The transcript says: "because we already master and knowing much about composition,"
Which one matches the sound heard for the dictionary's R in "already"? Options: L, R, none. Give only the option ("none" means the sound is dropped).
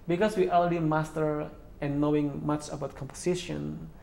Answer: L